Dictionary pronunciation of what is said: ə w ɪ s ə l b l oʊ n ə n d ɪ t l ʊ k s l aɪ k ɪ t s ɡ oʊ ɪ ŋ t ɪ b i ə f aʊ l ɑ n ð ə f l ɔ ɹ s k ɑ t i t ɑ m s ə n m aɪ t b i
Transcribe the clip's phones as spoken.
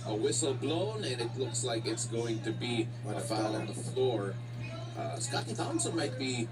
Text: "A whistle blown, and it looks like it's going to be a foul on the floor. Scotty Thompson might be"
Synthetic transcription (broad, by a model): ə w ɪ s l b l oʊ n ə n ɪ t l ʊ k s l aɪ k ɪ t s ɡ oʊ ɪ ŋ t ɪ b i ə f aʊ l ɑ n ð ə f l ɔ ɹ s k ɑ t i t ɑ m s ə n m aɪ t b i